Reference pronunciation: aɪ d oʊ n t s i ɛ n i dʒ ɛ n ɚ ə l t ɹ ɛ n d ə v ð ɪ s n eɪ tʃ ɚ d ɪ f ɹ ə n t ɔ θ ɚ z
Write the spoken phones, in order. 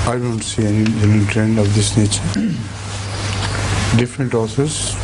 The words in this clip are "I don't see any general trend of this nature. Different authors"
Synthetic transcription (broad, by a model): aɪ d oʊ n t s i ɛ n i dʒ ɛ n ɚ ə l t ɹ ɛ n d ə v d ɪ s n eɪ tʃ ɚ d ɪ f ɹ ə n t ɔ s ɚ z